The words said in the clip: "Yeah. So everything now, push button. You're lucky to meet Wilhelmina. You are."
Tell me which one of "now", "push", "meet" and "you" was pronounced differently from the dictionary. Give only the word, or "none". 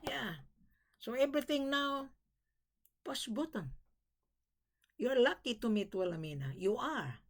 push